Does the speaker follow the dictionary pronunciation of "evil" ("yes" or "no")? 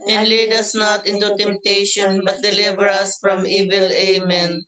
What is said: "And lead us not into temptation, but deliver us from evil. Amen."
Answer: yes